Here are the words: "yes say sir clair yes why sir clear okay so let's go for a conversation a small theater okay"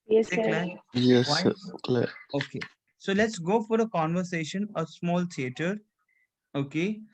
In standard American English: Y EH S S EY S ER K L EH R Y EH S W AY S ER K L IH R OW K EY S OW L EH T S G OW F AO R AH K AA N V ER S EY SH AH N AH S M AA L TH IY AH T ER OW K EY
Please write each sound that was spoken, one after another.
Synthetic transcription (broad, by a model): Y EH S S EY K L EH Y EH S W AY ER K L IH OW K EY S OW L EH T S G OW F AO R AH K AA N V ER S EY SH AH N AH S M AA L T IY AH T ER OW K EY